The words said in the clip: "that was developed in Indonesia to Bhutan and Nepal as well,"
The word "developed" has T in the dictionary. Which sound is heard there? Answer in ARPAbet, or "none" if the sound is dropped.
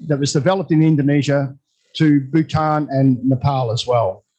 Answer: T